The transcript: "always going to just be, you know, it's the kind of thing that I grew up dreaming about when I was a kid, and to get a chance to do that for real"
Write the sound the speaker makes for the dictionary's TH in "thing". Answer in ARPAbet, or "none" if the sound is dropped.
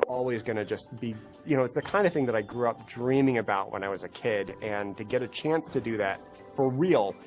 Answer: TH